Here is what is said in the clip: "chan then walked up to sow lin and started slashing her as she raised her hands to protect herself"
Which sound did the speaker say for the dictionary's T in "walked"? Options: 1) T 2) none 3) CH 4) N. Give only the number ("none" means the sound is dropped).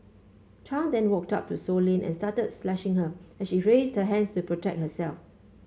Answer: 1